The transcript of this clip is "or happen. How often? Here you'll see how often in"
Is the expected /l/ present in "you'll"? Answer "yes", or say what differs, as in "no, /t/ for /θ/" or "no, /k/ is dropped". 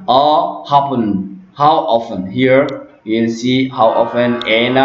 no, /n/ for /l/